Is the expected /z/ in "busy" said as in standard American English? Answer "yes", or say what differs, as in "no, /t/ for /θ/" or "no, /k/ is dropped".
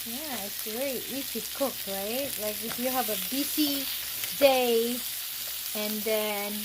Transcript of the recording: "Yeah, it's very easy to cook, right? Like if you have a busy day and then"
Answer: no, /s/ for /z/